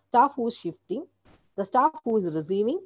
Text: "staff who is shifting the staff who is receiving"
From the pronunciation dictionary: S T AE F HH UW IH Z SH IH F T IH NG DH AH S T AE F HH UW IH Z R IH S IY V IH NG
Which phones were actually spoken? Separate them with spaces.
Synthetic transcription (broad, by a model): S T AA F HH UW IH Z SH IH F T IH NG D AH S T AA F HH UW IH Z R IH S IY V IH NG